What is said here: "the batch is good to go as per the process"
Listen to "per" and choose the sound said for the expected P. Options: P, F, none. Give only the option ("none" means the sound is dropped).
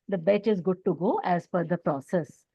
F